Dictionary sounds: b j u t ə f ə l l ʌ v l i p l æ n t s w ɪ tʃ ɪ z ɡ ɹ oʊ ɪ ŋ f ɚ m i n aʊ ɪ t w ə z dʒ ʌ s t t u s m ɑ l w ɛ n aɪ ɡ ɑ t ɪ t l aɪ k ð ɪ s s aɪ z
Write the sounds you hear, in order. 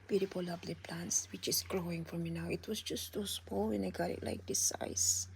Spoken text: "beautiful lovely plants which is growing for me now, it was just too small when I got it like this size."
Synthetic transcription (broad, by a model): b j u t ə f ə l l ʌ b l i p l æ n t s w ɪ tʃ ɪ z ɡ ɹ oʊ ɪ ŋ f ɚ m i n aʊ ɪ t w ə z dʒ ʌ s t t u s m ɑ l w ɛ n aɪ ɡ ɑ t ɪ t l aɪ k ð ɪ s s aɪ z